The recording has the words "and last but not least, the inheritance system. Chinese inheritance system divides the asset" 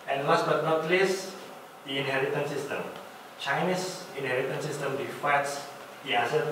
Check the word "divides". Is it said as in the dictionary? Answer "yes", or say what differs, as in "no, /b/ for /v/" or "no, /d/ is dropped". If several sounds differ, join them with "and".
no, /f/ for /v/